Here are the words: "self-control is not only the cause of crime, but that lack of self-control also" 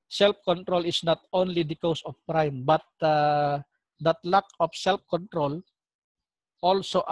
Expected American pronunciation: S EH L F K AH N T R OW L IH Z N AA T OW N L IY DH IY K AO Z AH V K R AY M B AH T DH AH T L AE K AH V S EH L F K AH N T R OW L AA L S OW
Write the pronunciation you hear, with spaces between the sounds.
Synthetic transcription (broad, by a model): S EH L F K AH N T R OW L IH S N AA T OW N L IY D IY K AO S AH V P R AY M B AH T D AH T L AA K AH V S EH L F K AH N T R OW L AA L S OW